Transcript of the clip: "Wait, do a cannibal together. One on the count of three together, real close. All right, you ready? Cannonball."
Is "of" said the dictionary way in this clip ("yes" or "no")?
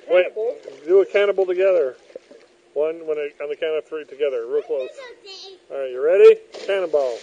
no